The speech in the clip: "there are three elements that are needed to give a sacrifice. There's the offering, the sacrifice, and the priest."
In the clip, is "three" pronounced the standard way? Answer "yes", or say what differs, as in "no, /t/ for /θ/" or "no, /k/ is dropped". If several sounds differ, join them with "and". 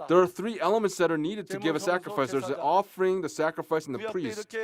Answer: yes